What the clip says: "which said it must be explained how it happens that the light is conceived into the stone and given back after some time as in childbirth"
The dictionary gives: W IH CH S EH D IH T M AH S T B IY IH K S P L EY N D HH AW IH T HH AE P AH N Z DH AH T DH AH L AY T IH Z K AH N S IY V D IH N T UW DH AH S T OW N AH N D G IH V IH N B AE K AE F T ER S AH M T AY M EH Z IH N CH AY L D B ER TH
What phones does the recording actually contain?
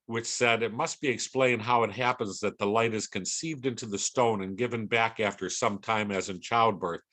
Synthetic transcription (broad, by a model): W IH CH S EH D IH T M AH S T B IY IH K S P L EY N D HH AW IH T HH AE P AH N Z DH AH T DH AH L AY T IH Z K AH N S IY V D IH N T UW DH AH S T OW N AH N G IH V IH N B AE K AE F T ER S AH M T AY M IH Z IH N CH AY L D B ER TH